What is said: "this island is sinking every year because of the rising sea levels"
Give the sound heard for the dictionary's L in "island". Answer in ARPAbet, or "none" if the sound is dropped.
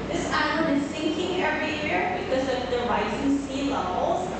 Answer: none